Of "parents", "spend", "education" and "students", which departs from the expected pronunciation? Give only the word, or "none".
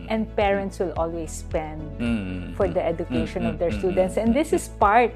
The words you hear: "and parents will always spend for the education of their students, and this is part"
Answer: none